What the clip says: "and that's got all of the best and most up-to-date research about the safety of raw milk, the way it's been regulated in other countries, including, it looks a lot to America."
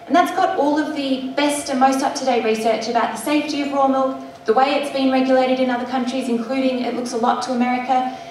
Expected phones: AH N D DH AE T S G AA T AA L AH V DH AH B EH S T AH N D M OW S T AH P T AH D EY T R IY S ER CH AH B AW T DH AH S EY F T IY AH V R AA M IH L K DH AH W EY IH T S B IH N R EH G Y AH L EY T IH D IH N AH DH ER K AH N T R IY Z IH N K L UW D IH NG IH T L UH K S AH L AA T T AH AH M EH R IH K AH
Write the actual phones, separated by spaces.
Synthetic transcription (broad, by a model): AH N DH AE T S G AA T AA L AH V DH AH B EH S T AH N M OW S T AH P T AH D EY R IY S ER CH AH B AW T DH AH S EY F T IY AH V R AA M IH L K DH AH W EY IH T S B IH N R EH G Y AH L EY T IH D IH N AH DH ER K AH N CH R IY Z IH N K L UW D IH NG IH T L UH K S AH L AA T T AH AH M EH R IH K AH